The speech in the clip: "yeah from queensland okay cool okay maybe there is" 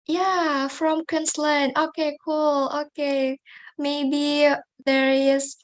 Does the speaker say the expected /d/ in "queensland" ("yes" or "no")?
no